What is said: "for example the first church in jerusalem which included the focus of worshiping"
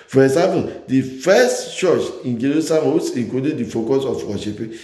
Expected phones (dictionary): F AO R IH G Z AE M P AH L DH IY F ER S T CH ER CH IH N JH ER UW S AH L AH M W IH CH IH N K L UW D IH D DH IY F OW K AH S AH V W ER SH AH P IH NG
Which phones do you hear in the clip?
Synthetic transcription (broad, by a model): F AO R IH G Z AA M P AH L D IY F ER S T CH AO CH IH N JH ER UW S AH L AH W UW S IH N K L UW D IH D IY F OW K AH S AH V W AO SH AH P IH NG